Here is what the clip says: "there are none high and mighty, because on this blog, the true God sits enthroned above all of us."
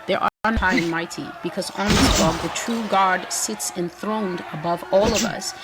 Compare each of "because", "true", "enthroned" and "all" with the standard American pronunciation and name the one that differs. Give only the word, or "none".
none